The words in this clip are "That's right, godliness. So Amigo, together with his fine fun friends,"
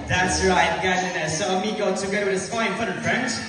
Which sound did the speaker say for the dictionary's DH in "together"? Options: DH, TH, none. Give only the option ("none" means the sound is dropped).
none